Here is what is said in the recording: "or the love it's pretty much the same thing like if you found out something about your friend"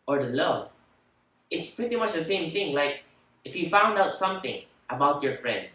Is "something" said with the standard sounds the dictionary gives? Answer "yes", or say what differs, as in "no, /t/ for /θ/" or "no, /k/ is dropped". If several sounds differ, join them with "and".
yes